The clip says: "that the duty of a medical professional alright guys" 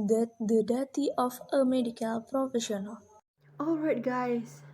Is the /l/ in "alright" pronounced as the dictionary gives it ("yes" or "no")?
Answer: yes